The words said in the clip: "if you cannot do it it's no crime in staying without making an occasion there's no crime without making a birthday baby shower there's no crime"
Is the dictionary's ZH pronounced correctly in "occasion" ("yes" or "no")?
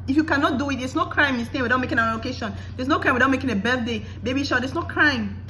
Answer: no